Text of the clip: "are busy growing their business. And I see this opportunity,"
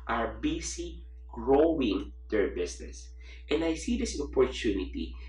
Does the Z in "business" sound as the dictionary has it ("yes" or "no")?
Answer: no